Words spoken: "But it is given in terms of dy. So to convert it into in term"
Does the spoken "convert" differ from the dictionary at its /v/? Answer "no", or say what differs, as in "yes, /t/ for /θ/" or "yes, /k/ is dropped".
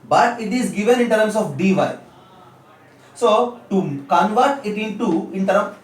no